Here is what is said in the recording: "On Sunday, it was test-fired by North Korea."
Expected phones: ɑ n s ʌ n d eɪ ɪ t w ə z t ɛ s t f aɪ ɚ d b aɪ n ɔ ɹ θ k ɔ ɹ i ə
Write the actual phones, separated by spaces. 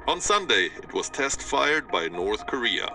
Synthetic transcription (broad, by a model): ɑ n s ʌ n d eɪ ɪ t w ə z t ɛ s t f aɪ ɚ d b aɪ n ɔ ɹ θ k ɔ ɹ i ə